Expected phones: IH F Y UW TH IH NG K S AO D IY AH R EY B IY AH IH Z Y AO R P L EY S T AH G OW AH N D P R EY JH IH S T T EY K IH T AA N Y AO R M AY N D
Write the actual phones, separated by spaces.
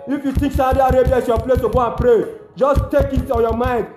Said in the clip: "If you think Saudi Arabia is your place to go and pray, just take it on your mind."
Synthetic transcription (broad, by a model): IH F Y UW T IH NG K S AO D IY AH R EY B IY AH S Y AO P L EY S T AH G OW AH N P R EY JH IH S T T EY K IH T AA N Y AO M AY N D